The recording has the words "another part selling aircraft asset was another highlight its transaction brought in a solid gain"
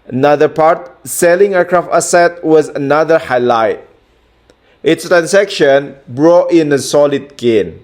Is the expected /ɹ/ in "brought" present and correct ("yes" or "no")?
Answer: yes